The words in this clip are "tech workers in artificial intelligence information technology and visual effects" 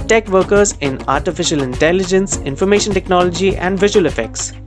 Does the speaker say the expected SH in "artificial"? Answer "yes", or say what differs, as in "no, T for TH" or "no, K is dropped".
yes